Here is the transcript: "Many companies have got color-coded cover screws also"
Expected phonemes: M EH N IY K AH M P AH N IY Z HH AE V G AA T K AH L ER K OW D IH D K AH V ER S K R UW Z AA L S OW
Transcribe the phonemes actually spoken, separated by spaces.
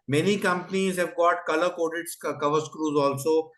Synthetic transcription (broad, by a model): M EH N IY K AH M P AH N IY Z HH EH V G AA T K AH L ER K OW D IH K K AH V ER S K R UW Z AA L S OW